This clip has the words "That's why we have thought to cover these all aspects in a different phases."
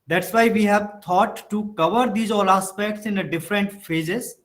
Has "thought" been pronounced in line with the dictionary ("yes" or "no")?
no